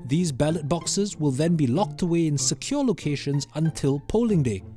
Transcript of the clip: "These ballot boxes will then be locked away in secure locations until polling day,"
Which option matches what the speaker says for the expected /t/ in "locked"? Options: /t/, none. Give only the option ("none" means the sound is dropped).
/t/